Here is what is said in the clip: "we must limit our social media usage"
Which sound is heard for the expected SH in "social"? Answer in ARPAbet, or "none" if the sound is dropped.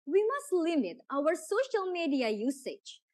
SH